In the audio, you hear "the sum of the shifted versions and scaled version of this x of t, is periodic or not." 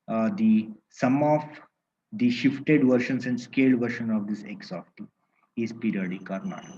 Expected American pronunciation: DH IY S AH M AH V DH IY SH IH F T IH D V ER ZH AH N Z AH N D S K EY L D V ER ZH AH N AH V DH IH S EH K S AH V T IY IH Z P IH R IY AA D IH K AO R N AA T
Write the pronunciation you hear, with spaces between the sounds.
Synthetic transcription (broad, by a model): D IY S AH M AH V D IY SH IH F T IH D V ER SH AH N S AH N D S K EY L D V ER SH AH N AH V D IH S EH K S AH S T IY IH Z P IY R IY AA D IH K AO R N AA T